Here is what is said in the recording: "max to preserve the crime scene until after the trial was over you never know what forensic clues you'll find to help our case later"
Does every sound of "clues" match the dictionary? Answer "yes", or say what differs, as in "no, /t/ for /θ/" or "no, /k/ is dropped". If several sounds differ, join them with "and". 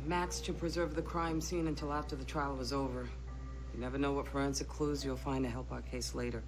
yes